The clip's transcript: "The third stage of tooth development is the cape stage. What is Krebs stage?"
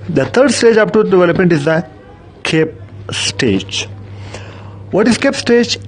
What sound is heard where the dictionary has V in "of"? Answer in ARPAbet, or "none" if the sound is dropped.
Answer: P